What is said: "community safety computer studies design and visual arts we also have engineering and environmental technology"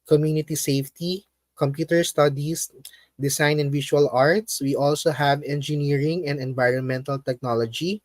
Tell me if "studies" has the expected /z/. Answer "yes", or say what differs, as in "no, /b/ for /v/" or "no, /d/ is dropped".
no, /s/ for /z/